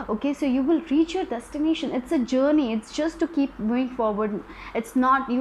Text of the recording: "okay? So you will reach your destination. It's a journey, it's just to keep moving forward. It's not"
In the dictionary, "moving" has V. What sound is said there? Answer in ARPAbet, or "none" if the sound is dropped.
none